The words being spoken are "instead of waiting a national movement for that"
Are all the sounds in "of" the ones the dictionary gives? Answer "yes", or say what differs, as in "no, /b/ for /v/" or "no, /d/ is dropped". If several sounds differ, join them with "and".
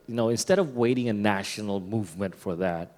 yes